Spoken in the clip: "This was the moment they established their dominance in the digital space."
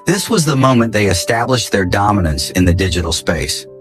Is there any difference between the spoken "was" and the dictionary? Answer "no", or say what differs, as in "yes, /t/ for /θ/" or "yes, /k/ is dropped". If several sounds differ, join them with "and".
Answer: no